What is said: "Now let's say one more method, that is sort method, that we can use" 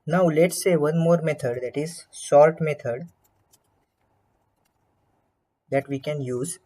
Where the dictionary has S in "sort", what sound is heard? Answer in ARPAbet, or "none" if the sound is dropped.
SH